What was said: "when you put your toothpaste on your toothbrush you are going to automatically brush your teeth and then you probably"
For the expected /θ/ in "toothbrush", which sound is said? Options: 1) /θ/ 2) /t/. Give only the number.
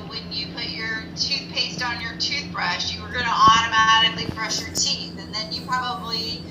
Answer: 1